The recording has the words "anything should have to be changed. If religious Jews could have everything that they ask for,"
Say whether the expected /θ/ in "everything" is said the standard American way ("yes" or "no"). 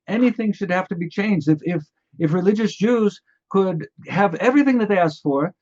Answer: yes